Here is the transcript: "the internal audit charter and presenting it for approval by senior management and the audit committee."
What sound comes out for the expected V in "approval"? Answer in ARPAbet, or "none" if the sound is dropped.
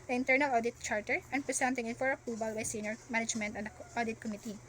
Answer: B